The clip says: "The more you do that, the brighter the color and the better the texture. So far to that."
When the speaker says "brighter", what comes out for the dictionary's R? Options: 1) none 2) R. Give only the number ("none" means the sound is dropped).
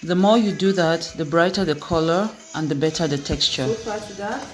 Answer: 2